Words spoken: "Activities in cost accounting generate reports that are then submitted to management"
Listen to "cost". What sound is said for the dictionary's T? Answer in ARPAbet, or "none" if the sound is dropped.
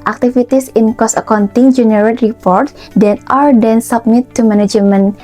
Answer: none